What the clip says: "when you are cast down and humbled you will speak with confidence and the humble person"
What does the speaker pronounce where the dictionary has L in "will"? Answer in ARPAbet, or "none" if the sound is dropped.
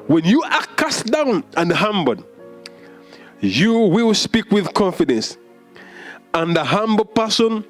L